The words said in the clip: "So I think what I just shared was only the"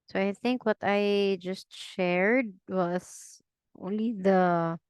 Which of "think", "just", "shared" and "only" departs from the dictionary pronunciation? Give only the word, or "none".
none